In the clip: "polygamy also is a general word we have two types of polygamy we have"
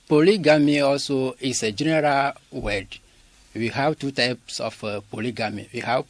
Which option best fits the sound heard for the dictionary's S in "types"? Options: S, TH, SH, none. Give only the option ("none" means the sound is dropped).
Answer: S